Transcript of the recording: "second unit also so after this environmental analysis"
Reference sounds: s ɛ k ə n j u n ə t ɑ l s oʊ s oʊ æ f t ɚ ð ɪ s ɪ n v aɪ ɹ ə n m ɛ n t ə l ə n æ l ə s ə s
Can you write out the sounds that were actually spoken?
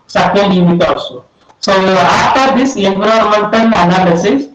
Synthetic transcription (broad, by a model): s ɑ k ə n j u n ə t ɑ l s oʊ s oʊ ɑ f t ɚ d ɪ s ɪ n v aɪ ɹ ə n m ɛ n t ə n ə n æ l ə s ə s